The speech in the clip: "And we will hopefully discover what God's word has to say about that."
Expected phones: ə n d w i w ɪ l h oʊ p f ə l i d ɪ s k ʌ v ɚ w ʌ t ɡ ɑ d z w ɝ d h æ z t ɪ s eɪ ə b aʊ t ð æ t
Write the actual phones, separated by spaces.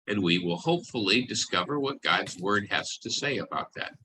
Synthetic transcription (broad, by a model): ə n w i w ɪ l h oʊ p f l i d ɪ s k ʌ v ɚ w ʌ t ɡ ɑ d z w ɝ d h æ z t ɪ s eɪ ə b aʊ t ð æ t